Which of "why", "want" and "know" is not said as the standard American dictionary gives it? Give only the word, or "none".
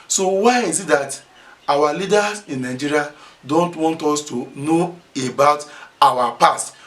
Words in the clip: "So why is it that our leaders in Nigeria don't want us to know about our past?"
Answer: none